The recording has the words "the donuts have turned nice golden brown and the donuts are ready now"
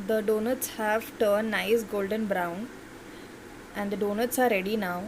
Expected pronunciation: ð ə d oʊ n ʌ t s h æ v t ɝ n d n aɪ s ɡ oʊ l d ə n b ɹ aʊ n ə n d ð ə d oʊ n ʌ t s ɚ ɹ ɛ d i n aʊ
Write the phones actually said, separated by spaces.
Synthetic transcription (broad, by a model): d ə d oʊ n ʌ t s h æ v t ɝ d n aɪ s ɡ oʊ l d ə n b ɹ aʊ n ə n d ə d oʊ n ʌ t s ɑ ɹ ɛ d i n aʊ